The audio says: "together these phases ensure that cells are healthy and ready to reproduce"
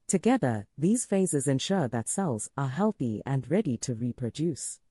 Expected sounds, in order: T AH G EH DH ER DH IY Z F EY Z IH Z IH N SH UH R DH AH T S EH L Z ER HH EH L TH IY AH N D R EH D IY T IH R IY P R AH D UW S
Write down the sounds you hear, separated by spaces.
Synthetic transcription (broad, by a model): T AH G EH DH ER DH IY Z F EY Z IH Z IH N SH UH R DH AH T S EH L Z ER HH EH L TH IY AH N R EH D IY T IH R IY P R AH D UW S